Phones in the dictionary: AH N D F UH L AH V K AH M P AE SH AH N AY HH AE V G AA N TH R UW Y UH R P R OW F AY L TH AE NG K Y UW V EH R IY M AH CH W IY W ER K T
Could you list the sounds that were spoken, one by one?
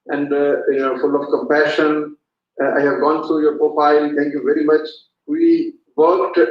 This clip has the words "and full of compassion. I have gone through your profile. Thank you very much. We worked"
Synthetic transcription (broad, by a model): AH N D F UH L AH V K AH M P AE SH AH N AY HH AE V G AA N T R UW Y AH R P R OW F AY L T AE NG K Y UW V EH R IY M AH CH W IY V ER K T